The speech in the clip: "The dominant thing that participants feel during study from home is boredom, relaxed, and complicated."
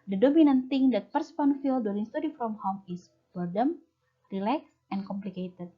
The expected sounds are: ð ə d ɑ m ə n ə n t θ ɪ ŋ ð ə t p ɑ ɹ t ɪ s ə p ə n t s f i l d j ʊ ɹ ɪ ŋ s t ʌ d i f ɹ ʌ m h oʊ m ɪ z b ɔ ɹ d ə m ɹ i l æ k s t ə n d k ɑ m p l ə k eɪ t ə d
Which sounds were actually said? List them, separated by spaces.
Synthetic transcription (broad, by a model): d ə d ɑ m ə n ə n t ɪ ŋ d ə t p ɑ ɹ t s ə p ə n f i l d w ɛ l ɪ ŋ s t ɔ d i f ɹ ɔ m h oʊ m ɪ s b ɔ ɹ d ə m ɹ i l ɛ k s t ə n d k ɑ m p l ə k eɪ t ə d